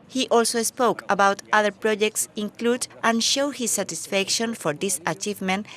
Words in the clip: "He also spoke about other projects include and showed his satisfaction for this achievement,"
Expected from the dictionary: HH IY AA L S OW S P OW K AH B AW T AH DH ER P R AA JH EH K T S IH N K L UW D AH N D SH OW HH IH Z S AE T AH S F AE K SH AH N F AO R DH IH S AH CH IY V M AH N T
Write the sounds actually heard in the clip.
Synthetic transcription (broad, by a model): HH IY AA L S OW S P OW K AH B AW T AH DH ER P R AA JH EH K T S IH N K L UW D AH N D SH OW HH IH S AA T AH S F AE K SH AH N F AO R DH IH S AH CH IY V M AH N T